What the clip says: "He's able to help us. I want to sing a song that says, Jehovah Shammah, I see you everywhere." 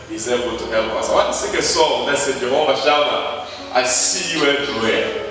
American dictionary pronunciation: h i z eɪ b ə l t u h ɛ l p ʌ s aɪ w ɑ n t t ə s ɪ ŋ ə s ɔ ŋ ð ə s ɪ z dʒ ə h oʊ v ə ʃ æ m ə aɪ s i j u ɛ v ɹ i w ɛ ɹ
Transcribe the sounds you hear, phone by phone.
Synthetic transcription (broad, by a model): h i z eɪ b ə l t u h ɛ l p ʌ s aɪ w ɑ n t t ə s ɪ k ə s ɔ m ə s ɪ dʒ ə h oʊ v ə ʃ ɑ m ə aɪ s i j u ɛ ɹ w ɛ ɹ